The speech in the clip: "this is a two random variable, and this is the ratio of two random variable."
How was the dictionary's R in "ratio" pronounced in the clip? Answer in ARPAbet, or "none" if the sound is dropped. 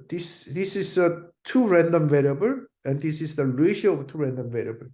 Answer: L